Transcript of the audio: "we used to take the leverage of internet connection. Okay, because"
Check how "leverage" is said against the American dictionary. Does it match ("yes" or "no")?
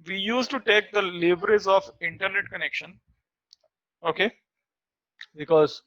no